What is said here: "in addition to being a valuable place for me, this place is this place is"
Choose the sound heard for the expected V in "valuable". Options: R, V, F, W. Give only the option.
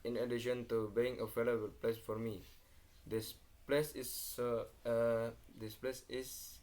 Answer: F